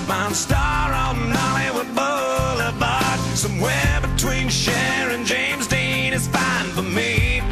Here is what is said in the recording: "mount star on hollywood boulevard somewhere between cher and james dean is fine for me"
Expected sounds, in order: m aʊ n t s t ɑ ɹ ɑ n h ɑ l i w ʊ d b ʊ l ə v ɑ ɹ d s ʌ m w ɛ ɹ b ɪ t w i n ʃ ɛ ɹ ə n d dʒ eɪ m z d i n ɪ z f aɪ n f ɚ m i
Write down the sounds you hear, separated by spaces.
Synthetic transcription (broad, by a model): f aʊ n s t ɑ ɹ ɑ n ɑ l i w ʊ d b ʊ l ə b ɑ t s ʌ m w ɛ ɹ b ɪ t w i n ʃ ɛ ɹ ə n dʒ eɪ m z d i n ɪ z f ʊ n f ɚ m i